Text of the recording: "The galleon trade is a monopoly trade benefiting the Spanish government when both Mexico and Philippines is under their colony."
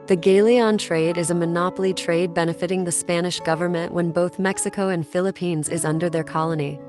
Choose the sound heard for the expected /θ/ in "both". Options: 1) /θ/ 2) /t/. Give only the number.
1